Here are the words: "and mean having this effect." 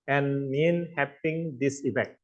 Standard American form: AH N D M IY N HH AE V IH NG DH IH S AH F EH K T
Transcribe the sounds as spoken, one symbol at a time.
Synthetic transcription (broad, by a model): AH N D M IY N HH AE P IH NG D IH S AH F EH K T